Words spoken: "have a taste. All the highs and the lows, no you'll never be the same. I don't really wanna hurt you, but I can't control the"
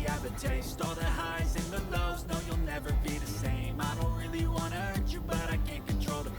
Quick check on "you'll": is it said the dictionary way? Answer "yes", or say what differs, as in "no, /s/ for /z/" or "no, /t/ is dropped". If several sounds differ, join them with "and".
yes